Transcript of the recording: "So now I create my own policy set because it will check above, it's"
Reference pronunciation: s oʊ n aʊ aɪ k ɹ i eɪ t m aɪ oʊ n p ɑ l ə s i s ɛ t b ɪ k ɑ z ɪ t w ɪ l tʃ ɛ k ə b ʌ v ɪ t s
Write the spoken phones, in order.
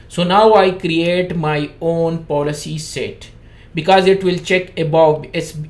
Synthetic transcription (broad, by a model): s oʊ n aʊ aɪ k ɹ i eɪ t m aɪ oʊ n p ɑ l ə s i s ɛ t b ɪ k ɑ z ɪ t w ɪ l tʃ ɛ k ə b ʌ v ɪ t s